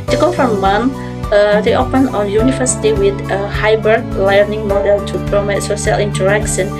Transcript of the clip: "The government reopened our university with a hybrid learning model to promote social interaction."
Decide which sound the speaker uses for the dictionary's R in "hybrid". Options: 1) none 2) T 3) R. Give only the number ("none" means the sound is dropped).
1